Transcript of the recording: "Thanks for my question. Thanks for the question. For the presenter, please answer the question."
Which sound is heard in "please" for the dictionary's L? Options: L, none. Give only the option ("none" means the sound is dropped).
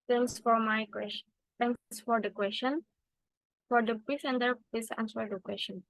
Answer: none